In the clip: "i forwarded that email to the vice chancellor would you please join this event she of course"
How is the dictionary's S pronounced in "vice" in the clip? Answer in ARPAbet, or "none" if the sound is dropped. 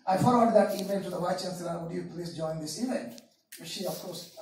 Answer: none